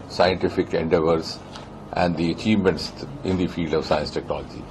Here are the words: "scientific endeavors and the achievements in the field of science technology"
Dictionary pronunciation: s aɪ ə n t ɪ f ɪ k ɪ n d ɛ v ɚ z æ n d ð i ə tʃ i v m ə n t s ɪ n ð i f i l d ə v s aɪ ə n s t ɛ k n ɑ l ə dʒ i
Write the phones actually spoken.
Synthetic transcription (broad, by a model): s aɪ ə n t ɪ f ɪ k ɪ n d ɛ v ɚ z æ n d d i ə tʃ i v m ə n t s ɪ n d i f i l d ə v s aɪ ə n s t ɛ k n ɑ l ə dʒ i